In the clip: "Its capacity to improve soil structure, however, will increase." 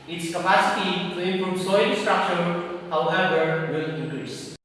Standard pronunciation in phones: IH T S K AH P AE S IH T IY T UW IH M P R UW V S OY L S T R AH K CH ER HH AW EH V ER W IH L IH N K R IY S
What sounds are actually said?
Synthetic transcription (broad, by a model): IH T S K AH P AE S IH T IY T UW IH M P R UW V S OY N S T R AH K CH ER HH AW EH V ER W IH L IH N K R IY S